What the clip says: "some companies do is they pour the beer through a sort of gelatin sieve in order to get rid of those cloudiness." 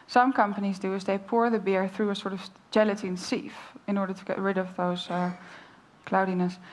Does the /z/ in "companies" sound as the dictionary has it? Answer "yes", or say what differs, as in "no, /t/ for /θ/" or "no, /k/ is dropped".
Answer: yes